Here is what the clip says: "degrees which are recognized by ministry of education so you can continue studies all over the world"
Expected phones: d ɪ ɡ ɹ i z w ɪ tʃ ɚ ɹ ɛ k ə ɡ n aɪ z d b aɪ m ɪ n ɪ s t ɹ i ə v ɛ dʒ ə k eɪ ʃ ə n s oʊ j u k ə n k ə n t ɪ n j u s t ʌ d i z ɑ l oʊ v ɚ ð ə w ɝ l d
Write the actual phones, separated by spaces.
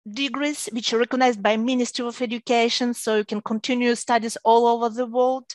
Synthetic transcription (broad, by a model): d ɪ ɡ ɹ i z w ɪ tʃ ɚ ɹ ɛ k ə ɡ n aɪ z d b aɪ m ɪ n ɪ s t ɹ i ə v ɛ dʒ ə k eɪ ʃ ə n s oʊ j u k ə n k ə n t ɪ n j u s t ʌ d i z ɑ l oʊ v ɚ ð ə w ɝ l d